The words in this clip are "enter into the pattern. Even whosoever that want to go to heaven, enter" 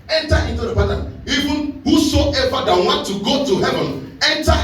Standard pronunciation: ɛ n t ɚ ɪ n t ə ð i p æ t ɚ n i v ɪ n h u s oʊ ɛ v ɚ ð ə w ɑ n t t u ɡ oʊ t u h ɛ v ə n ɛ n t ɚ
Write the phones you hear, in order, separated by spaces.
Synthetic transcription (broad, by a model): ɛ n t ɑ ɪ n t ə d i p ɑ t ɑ i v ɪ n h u s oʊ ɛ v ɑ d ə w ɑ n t t u ɡ oʊ t u h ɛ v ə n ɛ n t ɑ